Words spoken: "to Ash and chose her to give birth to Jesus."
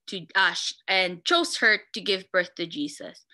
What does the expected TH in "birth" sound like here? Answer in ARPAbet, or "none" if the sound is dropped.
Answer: TH